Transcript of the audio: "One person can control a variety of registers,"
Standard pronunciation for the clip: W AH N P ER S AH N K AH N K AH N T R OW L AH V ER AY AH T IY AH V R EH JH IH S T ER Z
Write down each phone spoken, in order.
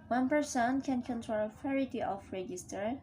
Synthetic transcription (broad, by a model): W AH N P ER S AH N K AH N K AH N T R OW L AH F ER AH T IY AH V R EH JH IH S T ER